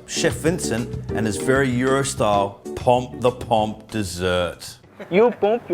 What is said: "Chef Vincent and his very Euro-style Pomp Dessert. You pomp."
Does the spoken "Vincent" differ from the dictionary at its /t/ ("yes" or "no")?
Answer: no